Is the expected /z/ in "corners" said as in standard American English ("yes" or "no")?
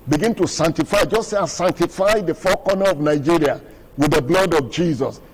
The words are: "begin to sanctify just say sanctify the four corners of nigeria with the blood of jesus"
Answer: no